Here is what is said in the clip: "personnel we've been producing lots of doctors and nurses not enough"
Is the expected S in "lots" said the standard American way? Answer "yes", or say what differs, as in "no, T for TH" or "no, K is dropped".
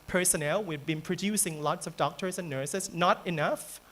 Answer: yes